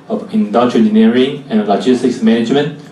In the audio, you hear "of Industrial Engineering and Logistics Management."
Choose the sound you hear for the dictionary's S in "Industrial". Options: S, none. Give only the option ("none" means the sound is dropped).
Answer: none